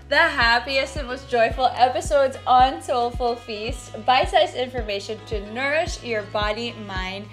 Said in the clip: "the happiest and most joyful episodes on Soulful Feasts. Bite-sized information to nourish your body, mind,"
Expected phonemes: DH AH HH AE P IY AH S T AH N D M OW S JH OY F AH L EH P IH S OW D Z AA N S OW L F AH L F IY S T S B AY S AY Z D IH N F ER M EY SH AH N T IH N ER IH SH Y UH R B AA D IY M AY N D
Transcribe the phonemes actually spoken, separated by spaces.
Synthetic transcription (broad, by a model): DH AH HH AE P IY AH S T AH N M OW S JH OY F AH L EH P IH S OW D Z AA N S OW L F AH L F IY S T B AY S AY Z IH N F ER M EY SH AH N T IH N ER IH SH Y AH R B AA D IY M AY N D